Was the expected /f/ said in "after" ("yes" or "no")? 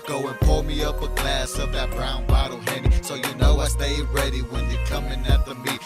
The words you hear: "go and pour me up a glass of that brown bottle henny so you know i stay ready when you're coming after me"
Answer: no